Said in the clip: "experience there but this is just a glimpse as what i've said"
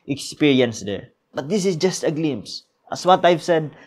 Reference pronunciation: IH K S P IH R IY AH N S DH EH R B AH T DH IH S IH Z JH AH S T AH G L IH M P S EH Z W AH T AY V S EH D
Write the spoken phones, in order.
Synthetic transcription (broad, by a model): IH K S P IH R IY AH N S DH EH R B AH T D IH S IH S JH AH S T AH G L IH M S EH S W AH T AY V S EH D